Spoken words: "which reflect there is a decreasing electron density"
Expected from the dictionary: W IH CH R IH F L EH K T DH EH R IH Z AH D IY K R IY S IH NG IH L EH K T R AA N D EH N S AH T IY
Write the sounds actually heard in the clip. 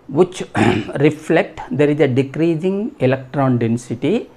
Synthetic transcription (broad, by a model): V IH CH R IH F L EH K T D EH R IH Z AH D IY K R IY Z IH NG IH L EH K T R AA N D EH N S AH T IY